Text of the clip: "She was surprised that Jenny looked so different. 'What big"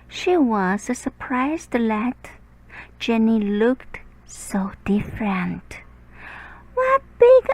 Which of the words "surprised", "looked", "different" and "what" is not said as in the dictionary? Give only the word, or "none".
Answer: none